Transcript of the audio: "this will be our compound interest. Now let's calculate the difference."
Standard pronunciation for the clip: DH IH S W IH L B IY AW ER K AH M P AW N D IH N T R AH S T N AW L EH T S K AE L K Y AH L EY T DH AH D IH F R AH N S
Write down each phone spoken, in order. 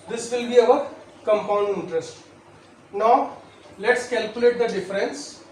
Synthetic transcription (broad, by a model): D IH S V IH L B IY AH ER K AH M P AW N D IH N T R AH S T N AW L EH T S K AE L K Y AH L EY T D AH D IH F R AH N S